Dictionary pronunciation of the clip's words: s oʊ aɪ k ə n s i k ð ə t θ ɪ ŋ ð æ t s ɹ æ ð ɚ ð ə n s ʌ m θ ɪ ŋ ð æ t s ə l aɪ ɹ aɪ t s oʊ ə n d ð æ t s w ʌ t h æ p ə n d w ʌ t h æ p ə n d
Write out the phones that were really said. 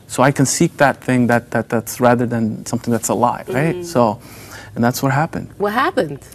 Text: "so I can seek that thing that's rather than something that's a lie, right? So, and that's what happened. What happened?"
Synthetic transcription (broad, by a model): s oʊ aɪ k ə n s i k ð ə t θ ɪ ŋ ð æ t s ɹ æ ð ɚ ð ə n s ʌ m θ ɪ ŋ ð æ t s ə l aɪ ɹ aɪ t s oʊ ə n ð æ t s w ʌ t h æ p ə n d w ʌ t h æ p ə n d